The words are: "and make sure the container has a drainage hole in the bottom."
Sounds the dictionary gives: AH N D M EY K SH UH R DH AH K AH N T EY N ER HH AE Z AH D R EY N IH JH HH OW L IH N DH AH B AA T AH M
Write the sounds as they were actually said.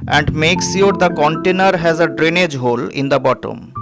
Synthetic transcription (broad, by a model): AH N D M EY K S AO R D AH K AH N T EY N ER HH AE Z AH D R EY N IH JH HH OW L IH N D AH B AA T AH M